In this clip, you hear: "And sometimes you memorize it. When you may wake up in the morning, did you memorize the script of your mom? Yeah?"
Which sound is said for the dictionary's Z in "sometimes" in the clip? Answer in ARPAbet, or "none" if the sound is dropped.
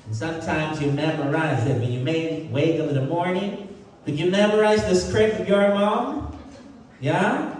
Z